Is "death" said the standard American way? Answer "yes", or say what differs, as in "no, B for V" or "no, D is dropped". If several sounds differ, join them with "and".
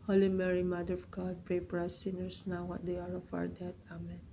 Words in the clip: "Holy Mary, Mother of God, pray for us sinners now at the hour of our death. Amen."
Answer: no, T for TH